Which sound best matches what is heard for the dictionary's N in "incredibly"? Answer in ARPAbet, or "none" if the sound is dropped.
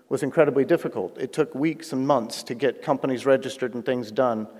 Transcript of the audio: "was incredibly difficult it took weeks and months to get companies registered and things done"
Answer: N